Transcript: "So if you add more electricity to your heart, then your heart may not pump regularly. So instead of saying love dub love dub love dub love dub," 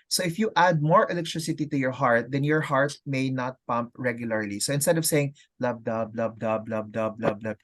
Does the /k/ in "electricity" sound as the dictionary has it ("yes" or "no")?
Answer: yes